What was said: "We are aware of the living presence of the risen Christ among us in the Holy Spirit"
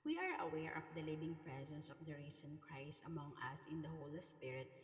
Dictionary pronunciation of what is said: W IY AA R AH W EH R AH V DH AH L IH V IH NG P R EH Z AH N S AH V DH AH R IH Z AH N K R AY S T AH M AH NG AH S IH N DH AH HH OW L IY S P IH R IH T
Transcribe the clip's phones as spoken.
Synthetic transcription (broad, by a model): W IY AA R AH W EH R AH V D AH L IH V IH NG P R EH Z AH N S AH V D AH R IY S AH N K R AY S T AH M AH NG AH S IH N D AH HH OW L IY S P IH R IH T